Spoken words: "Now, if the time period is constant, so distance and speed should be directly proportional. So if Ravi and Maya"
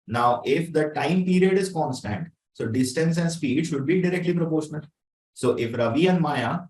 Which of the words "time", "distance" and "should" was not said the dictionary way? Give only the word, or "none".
none